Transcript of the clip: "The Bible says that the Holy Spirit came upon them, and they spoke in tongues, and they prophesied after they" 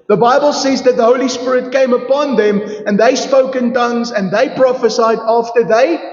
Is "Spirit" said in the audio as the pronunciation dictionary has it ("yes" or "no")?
yes